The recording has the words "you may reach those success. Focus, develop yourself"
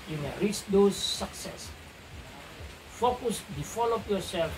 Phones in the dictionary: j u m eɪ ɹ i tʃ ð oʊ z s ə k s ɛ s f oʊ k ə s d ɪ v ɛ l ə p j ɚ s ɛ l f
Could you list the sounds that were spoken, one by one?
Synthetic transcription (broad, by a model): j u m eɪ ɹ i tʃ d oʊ s ə k s ɛ s f oʊ k ə s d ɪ f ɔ l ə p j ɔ s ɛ l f